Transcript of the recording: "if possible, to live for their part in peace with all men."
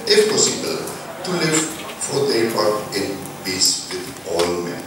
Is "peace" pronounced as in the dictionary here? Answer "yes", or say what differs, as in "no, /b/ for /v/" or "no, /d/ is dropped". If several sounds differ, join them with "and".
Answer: no, /b/ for /p/